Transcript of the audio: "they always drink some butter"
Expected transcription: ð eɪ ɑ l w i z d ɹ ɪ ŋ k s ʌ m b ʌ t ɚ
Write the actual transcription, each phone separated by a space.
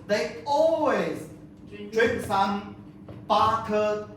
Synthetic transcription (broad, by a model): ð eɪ ɑ l w i z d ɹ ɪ k s ʌ m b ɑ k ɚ